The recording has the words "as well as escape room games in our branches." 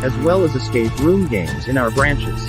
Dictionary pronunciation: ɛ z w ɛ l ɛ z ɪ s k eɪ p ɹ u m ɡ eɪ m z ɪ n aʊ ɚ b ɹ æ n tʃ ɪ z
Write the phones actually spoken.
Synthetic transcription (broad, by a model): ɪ z w ɛ l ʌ z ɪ s k eɪ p ɹ u m ɡ eɪ m z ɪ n aʊ ɚ b ɹ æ n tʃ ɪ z